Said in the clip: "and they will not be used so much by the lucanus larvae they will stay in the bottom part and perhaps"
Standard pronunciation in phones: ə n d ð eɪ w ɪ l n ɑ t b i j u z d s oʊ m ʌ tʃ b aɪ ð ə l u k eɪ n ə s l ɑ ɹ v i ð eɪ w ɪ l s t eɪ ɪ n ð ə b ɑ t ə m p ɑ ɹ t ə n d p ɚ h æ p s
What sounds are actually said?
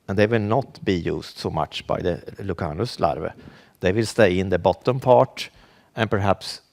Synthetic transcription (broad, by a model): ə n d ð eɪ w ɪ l n ɑ t b i j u s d s oʊ m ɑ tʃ b aɪ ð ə l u k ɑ n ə s l ɑ ɹ v i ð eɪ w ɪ l s t eɪ ɪ n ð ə b ɑ t ə m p ɑ t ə n p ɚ h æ p s